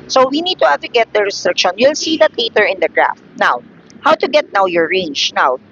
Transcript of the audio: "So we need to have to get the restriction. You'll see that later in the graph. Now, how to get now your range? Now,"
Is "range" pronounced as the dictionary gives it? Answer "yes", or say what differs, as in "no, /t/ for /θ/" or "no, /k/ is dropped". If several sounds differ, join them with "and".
yes